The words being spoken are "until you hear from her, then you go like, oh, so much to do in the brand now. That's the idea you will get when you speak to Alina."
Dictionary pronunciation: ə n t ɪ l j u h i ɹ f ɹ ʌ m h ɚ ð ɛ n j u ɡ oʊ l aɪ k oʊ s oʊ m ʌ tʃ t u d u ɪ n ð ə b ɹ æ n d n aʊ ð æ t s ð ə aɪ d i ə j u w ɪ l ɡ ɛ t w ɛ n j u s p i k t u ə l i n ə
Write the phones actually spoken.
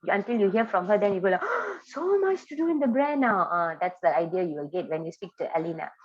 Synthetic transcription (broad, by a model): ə n t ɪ l j u h i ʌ f ɹ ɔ m h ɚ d ɛ n j u ɡ oʊ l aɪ s oʊ m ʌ tʃ t u d u ɪ n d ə b ɹ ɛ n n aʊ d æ t s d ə aɪ d i ə j u w ɪ l ɡ ɛ t w ɛ n j u s p i k t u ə l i n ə